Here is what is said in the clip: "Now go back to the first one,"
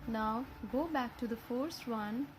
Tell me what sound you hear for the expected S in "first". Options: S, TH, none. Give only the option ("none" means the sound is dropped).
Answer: S